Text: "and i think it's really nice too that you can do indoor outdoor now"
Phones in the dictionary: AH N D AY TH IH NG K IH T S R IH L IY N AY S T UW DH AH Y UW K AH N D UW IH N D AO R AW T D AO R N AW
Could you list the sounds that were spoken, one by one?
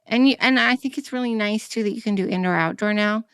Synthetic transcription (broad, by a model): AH N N AY TH IH NG K IH T S R IH L IY N AY S T UW DH AH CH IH K AH N D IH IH N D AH R AW T D AO R N AW